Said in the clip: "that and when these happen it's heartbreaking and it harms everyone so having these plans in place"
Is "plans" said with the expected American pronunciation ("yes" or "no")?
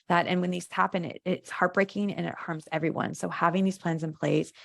yes